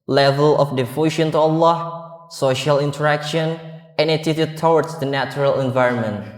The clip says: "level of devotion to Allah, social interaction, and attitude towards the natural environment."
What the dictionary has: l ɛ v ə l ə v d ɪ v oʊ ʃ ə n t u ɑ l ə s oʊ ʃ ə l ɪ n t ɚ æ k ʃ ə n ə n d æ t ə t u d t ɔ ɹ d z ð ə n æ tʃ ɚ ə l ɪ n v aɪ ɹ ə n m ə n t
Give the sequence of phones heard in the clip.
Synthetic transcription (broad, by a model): l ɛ v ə l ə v d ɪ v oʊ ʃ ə n t u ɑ l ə s oʊ ʃ ə l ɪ n t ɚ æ k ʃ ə n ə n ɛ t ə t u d t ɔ w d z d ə n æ tʃ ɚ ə l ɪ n v aɪ ɹ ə n m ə n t